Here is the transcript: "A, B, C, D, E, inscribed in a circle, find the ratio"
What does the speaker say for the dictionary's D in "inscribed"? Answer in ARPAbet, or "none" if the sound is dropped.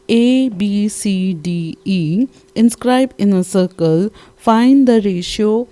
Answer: none